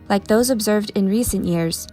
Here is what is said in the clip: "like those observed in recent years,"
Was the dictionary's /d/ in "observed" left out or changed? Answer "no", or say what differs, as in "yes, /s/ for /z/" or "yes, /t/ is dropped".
no